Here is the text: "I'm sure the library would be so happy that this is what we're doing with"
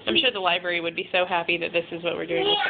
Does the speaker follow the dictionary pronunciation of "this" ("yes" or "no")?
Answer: yes